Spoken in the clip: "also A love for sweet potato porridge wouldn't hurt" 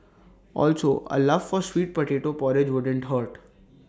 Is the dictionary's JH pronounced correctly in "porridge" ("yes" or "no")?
yes